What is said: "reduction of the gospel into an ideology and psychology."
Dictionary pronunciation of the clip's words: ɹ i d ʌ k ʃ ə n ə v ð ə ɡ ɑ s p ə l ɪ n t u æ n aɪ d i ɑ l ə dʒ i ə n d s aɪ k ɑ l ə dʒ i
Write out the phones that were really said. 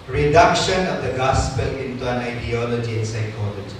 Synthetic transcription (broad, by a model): ɹ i d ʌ k ʃ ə n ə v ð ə ɡ ɑ s p ə l ɪ n t u æ n aɪ d i ɑ l ə dʒ i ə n s aɪ k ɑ l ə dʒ i